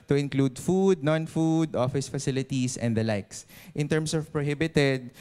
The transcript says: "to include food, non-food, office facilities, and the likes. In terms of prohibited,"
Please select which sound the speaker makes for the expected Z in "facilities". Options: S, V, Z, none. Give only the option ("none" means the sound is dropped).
S